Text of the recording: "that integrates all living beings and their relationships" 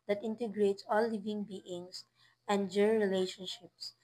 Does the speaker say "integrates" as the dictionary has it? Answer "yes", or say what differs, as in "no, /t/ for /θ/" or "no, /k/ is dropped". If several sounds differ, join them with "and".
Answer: yes